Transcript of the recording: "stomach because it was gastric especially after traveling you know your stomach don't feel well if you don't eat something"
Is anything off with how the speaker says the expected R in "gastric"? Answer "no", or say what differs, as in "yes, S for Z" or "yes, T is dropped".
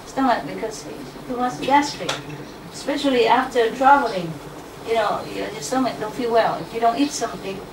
yes, R is dropped